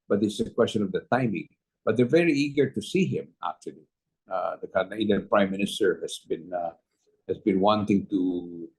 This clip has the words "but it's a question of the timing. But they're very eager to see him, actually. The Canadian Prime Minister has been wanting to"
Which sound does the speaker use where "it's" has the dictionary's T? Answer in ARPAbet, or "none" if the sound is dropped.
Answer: S